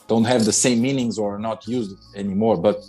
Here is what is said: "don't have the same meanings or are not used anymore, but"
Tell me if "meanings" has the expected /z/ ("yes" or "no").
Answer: yes